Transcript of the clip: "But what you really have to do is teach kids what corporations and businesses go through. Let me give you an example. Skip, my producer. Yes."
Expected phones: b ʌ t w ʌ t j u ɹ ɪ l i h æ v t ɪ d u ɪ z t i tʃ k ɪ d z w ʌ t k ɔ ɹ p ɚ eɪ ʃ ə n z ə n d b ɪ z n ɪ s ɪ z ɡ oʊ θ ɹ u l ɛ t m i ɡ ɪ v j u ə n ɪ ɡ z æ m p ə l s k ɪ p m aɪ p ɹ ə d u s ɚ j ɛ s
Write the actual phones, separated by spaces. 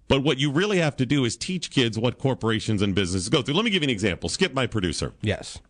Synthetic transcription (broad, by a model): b ʌ t w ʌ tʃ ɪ ɹ ɪ l i h æ f t ɪ d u ɪ z t i tʃ k ɪ d z w ʌ t k ɔ ɹ p ɚ eɪ ʃ ə n z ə n b ɪ z n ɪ s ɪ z ɡ oʊ θ ɹ u l ɛ t m i ɡ ɪ v ə n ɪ ɡ z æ m p l s k ɪ p m aɪ p ɹ ə d u s ɚ j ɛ s